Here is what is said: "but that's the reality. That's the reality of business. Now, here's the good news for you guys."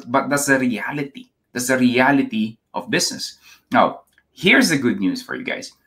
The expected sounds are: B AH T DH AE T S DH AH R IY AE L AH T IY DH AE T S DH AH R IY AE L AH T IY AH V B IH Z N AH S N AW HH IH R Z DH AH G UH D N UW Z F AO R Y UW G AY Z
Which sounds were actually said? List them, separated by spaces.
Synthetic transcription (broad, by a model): B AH T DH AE T S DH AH R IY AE L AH T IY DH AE T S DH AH R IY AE L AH T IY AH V B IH S N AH S N AW HH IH R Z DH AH G UH D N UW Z F AO R Y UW G AY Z